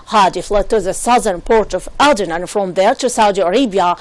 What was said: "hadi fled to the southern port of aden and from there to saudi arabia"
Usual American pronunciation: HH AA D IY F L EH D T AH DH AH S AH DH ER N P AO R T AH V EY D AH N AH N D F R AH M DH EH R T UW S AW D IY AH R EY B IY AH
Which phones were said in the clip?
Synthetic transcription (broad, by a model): HH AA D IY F L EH T AH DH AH S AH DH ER N P AO R T AH V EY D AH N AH N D F R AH M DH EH R T UW S AW D IY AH R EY B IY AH